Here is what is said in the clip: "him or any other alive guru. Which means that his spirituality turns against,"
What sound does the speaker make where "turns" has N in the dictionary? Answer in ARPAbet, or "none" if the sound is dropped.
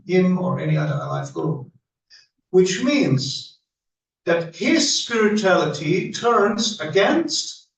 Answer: N